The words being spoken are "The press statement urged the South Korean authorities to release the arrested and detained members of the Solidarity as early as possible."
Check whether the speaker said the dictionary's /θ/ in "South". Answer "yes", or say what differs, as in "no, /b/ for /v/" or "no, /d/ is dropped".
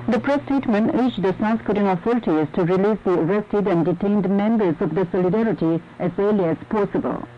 no, /s/ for /θ/